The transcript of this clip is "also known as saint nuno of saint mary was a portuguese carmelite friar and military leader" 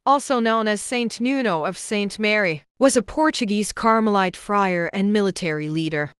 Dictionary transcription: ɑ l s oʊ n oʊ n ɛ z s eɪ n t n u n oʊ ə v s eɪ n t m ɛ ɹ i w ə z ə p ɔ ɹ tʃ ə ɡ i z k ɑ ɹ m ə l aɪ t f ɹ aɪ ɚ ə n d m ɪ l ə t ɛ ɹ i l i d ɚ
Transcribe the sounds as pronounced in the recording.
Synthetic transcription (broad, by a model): ɑ l s oʊ n oʊ n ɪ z s eɪ n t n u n oʊ ə v s eɪ n t m ɛ ɹ i w ə z ə p ɔ ɹ tʃ ə ɡ i z k ɑ ɹ m ə l aɪ t f ɹ aɪ ɚ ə n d m ɪ l ə t ɛ ɹ i l i d ɚ